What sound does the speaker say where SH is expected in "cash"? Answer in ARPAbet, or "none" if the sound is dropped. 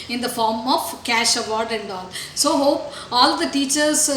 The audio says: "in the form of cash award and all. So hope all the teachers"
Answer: SH